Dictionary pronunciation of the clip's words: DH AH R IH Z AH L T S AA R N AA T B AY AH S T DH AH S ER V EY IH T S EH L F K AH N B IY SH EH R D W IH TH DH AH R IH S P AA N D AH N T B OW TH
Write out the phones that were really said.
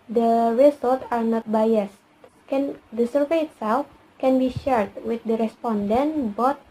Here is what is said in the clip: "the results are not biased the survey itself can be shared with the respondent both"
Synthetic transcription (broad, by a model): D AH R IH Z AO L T AA R N AA T B AY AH S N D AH S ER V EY IH T S EH L F K AH N B IY SH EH R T W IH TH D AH R IH S P AA N D AH N T B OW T